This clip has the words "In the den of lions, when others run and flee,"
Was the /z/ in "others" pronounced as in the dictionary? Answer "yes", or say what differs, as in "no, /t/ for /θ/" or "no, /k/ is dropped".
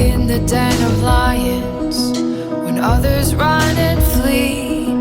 yes